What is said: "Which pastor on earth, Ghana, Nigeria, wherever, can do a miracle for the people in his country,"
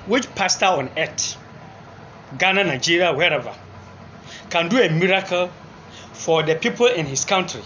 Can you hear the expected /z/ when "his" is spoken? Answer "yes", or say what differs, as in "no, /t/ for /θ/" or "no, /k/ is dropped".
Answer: no, /s/ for /z/